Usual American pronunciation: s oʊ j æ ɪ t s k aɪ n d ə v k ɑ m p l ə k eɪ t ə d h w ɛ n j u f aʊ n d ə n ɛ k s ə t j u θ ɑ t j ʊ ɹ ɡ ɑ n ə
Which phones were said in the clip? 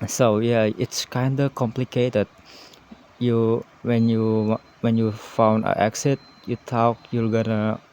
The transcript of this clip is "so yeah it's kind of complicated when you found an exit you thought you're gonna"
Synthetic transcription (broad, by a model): s oʊ j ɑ ɪ t s k aɪ n d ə k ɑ m p l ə k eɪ t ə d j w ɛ n j u f aʊ n d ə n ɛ k s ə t j u t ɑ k j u l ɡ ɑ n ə